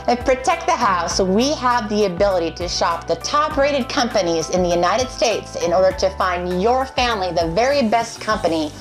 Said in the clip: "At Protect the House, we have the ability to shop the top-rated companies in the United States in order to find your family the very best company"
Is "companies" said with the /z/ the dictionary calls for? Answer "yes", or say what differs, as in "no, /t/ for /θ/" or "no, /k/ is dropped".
yes